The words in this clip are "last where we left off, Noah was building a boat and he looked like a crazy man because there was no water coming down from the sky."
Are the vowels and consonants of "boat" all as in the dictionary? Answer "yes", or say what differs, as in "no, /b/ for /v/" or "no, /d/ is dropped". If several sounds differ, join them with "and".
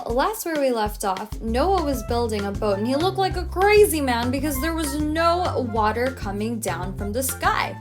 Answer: no, /t/ is dropped